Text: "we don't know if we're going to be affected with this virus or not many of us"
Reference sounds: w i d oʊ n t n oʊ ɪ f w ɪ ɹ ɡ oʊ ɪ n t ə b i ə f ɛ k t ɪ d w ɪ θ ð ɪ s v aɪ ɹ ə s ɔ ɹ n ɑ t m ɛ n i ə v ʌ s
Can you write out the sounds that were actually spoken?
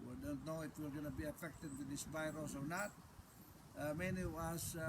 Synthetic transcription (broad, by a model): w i d oʊ n t n oʊ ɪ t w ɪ l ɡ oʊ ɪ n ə b i ə f ɛ k t ɪ d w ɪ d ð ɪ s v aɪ ɹ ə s ɔ ɹ n ɑ t m ɛ n i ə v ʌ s